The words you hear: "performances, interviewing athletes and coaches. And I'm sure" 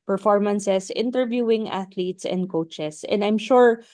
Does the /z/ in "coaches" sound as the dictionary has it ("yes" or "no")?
no